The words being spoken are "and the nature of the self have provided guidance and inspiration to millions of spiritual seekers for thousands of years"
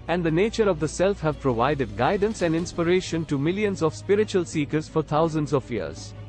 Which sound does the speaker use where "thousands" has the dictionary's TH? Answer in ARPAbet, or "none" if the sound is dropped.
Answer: T